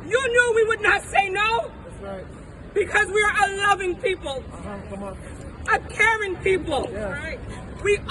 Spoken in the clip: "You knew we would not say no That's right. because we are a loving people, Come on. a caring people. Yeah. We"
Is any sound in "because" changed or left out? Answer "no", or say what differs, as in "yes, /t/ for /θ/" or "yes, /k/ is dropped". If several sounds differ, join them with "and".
no